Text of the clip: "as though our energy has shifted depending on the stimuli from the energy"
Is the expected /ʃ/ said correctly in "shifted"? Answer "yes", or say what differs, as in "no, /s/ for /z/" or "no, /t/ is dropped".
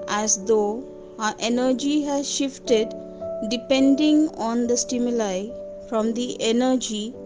yes